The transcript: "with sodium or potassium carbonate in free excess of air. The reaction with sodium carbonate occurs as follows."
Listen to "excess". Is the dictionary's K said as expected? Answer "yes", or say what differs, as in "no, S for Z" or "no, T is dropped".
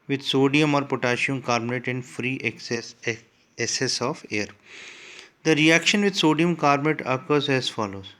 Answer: no, K is dropped